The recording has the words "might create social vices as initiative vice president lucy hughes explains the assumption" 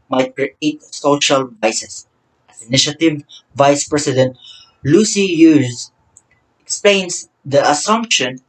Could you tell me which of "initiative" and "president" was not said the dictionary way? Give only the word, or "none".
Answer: president